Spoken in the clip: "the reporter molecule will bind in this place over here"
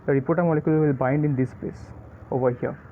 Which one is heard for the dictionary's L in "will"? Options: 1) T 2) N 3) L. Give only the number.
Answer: 3